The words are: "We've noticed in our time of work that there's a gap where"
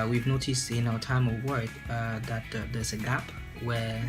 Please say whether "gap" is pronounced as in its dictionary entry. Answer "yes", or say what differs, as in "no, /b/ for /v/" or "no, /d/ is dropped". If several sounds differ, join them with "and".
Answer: yes